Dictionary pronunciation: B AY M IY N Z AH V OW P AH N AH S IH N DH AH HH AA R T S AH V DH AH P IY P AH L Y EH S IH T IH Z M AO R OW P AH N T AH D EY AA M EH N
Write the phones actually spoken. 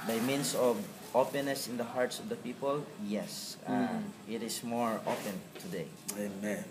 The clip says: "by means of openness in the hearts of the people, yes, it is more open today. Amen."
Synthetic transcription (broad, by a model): B AY M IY N S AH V OW P AH N AH S IH N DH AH HH AA R T S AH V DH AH P IY P AH L Y EH S IH T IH S M AO R OW P AH N T AH D EY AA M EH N